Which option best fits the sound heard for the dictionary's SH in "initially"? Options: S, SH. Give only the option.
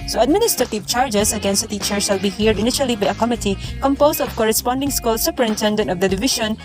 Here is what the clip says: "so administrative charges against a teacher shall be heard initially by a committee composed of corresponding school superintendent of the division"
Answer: SH